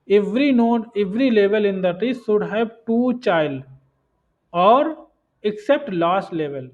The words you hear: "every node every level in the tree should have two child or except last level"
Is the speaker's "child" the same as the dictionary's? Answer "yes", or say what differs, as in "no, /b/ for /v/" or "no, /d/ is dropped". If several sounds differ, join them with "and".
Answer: yes